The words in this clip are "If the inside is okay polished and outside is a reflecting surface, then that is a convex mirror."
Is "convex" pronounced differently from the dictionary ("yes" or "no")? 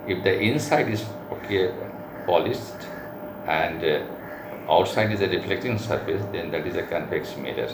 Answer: yes